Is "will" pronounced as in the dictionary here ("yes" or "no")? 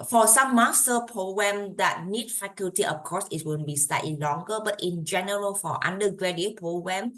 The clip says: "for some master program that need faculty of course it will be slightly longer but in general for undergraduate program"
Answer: no